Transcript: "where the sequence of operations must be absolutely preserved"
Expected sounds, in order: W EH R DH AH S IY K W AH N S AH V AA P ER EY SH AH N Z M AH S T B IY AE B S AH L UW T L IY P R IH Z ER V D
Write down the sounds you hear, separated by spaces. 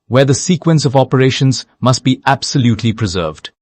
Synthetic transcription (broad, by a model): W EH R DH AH S IY K W AH N S AH V AA P ER EY SH AH N Z M AH S T B IY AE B S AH L UW T L IY P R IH Z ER V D